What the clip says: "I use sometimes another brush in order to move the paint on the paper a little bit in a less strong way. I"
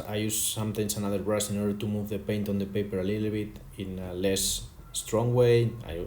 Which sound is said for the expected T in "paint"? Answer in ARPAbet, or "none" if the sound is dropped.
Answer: T